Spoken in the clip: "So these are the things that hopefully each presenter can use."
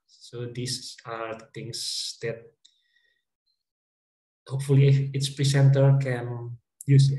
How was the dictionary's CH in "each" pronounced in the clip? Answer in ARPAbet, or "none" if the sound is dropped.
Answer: S